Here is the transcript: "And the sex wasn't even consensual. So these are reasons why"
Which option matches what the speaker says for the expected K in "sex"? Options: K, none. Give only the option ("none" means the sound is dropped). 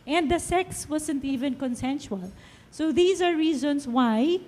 K